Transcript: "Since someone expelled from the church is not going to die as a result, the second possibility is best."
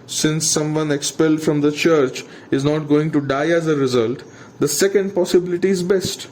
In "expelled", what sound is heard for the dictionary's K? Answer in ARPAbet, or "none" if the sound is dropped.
K